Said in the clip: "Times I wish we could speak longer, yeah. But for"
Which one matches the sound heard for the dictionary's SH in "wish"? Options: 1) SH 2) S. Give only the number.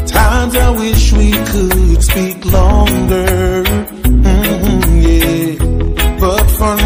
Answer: 1